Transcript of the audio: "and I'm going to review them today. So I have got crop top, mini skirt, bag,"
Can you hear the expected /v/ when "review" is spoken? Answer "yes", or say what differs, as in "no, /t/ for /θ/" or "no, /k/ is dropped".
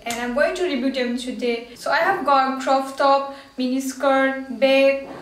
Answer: no, /b/ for /v/